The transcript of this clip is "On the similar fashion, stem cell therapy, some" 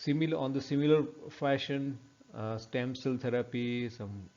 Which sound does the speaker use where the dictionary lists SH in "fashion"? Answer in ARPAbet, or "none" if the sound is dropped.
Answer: SH